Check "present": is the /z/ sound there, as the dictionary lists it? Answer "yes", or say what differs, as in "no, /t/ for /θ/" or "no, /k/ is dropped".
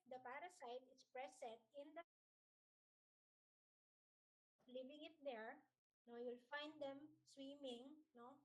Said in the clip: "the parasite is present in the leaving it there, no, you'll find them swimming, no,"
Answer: no, /s/ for /z/